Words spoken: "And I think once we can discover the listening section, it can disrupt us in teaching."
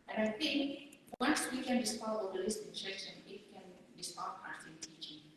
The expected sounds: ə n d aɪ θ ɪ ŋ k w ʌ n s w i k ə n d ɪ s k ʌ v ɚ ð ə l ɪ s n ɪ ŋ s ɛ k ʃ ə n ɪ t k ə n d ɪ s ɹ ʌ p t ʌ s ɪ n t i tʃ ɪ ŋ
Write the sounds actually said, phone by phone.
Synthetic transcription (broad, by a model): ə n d aɪ θ ɪ ŋ k w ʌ n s w i k ə n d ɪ s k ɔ ɚ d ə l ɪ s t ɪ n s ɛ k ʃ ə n ɪ t k ə n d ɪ s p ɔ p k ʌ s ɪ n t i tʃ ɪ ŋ